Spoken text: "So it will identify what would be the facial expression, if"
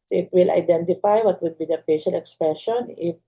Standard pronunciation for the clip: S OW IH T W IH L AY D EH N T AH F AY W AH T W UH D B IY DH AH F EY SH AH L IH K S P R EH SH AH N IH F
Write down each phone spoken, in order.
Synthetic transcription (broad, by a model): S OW IH T W IH L AY D EH N T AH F AY W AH T W UH D B IY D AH P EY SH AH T IH K S P R EH SH AH N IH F